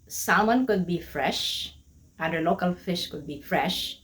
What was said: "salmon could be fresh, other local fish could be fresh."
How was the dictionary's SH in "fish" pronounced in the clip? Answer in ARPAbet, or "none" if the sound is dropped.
SH